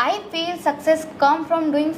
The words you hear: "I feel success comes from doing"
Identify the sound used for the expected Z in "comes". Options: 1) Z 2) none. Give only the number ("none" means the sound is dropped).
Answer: 2